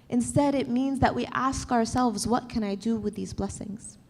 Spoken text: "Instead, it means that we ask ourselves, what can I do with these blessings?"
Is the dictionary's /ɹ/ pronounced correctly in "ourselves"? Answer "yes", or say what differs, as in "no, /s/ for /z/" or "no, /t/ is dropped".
yes